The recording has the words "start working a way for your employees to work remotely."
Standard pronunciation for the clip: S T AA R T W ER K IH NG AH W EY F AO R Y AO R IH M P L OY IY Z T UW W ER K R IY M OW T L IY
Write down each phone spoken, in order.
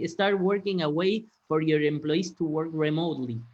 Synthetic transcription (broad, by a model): S T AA R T W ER K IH NG AH W EY F AO R Y AO R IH M P L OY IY S T UW W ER K R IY M OW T L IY